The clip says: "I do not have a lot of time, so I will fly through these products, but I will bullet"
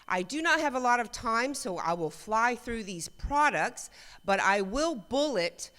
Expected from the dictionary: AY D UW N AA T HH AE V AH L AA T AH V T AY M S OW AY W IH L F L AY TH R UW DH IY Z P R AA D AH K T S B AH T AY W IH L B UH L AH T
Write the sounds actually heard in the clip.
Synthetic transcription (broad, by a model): AY D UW N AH T HH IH V AH L AA T AH V T AY M S OW AY W IH L F L AY TH R UW DH IY Z P R AA D AH K T S B AH T AY W IH L B UH L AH T